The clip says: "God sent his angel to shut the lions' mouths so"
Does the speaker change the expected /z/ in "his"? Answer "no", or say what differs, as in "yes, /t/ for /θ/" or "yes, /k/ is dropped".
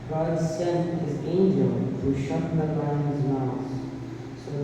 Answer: no